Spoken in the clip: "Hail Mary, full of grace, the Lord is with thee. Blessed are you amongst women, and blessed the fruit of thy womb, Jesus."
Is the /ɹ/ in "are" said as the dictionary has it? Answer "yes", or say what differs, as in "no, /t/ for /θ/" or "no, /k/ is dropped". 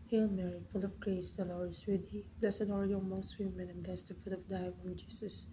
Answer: no, /l/ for /ɹ/